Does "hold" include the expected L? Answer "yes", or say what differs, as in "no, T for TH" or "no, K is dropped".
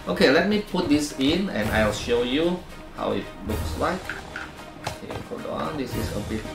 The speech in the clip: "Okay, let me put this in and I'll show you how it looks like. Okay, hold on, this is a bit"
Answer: no, L is dropped